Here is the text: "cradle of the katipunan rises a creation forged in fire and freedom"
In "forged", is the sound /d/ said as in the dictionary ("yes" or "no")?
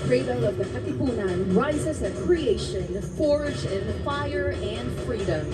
no